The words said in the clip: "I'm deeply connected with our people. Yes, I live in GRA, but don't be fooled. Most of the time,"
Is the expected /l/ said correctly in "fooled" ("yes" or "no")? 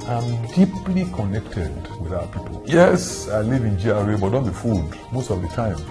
no